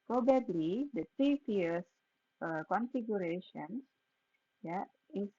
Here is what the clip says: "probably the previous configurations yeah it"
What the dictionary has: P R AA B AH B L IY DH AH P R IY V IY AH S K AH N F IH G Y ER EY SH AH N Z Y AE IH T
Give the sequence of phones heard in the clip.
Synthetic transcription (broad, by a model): P R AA B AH B L IY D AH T R IY F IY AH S K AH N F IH G Y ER EY SH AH N S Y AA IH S